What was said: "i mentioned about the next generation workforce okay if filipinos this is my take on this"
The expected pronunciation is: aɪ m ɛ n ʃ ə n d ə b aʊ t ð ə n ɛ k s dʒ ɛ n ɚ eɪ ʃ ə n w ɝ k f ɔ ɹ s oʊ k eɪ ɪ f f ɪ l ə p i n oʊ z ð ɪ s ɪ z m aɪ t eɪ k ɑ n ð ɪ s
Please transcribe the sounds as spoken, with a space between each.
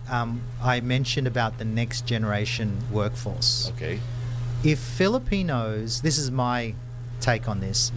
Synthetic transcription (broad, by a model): aɪ m ɛ n ʃ ə n d ə b aʊ t ð ə n ɛ k s dʒ ɛ n ɚ eɪ ʃ ə n w ɝ k f ɔ ɹ s oʊ k eɪ ɪ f f ɪ l ə p i n oʊ z ð ɪ s ɪ z m aɪ t eɪ k n ð ɪ s